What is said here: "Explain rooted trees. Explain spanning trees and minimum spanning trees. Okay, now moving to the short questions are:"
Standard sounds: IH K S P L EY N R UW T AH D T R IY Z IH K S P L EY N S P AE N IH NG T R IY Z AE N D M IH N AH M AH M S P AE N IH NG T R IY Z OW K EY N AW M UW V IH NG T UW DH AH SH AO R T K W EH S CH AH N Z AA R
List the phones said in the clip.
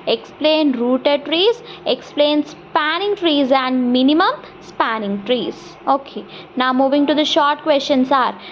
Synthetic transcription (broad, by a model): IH K S P L EY N R UW T AH D T R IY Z IH K S P L EY N S P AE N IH NG T R IY Z AE N D M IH N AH M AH M S P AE N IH NG T R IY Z OW K EY N AW M UW V IH NG T UW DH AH SH AO R T K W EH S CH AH N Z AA R